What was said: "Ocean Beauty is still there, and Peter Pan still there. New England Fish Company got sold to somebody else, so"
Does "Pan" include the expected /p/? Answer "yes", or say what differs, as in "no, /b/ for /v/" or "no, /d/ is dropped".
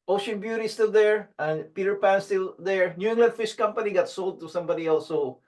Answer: yes